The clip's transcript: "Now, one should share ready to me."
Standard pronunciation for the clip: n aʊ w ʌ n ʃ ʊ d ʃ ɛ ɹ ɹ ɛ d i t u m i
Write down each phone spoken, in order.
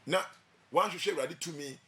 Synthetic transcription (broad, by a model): n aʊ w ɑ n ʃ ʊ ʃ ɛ w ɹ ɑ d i t u m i